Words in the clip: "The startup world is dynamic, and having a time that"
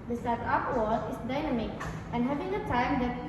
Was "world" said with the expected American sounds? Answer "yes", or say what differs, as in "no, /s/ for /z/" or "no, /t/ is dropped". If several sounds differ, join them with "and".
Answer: no, /l/ is dropped